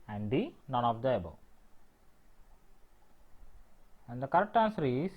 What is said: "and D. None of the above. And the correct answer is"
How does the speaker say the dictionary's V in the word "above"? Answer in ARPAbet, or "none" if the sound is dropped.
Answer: none